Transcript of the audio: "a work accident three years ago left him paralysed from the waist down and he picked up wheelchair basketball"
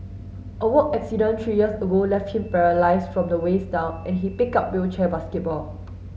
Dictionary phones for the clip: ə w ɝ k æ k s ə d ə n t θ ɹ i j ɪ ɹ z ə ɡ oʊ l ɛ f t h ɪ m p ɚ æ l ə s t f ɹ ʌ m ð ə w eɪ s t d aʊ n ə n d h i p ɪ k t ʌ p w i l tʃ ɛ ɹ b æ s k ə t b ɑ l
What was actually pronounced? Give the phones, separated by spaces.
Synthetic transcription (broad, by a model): ə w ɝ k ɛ k s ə d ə n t ɹ i j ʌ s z ə ɡ oʊ l ɛ f t h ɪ m p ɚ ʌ l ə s f ɹ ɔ m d ə w eɪ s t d aʊ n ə n h i p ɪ k ʌ p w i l tʃ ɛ b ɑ s k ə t b ɑ l